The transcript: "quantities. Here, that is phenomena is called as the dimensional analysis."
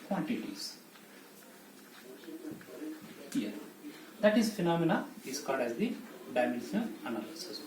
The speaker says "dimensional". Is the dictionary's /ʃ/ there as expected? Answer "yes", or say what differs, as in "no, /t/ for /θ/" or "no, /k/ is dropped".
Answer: no, /ʃ/ is dropped